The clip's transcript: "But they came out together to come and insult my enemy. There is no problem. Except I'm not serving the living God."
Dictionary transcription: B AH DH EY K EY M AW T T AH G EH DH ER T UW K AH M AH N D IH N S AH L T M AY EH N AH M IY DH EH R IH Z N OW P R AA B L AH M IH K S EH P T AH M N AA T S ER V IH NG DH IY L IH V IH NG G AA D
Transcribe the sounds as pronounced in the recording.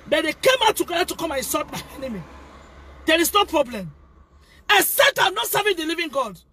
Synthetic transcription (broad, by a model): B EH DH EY K EY M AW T T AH G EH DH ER T UW K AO M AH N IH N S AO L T M AY EH N AH M IY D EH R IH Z N OW P R AA B L AH M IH S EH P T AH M N AA T S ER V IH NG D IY L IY V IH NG G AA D